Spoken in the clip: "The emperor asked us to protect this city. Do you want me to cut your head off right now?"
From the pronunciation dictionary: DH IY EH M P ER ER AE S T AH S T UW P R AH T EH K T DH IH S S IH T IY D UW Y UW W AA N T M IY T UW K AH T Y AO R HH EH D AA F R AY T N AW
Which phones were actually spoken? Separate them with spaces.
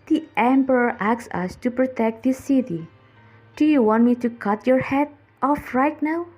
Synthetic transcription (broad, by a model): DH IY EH M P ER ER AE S AH S T UW P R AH T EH K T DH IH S S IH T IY D UW Y UW W AA N T M IY T UW K AH T Y AO R HH EH D AA F R AY T N AW